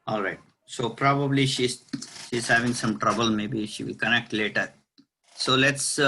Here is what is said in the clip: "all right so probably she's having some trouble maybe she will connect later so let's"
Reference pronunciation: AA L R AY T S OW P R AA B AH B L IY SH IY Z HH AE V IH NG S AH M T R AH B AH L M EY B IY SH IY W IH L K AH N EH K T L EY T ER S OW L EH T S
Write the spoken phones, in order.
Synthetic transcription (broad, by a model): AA L R AY T S OW P R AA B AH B L IY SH IY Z HH AE V IH NG S AH M T R AH B AH L M EY B IY SH IY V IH L K AH N EH K T L EY T ER S OW L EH T S